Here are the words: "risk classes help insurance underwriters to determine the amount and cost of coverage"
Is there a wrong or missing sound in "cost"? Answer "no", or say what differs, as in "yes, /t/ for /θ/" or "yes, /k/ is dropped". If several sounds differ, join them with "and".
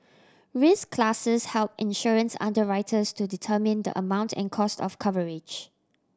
no